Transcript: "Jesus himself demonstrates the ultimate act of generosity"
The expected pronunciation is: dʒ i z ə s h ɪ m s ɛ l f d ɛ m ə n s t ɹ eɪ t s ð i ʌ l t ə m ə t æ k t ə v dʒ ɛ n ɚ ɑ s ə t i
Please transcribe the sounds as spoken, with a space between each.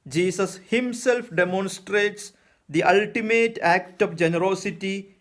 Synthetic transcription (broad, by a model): dʒ i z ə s h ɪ m s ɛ l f d ɛ m ə n s t ɹ eɪ t s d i ʌ l t ə m ə t æ k t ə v dʒ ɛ n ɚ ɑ s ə t i